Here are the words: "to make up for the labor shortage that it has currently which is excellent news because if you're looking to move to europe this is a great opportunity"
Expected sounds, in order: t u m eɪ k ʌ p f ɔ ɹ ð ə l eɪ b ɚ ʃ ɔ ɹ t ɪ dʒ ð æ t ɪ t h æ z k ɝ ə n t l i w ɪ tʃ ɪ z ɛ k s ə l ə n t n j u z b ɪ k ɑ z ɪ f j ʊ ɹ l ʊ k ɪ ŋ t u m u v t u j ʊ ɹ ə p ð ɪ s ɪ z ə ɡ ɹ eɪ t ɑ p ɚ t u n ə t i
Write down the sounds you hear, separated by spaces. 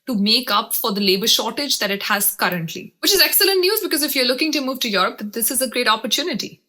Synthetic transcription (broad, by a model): t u m eɪ k ʌ p f ɔ ɹ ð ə l eɪ b ɚ ʃ ɔ ɹ t ɪ dʒ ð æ t ɪ t h æ z k ɝ ə n t l i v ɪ tʃ ɪ z ɛ k s ə l ə n t n j u z b ɪ k ɑ z ɪ f j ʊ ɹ l ʊ k ɪ ŋ t u m u v t u j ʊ ɹ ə p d ɪ s ɪ z ə ɡ ɹ eɪ t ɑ p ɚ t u n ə t i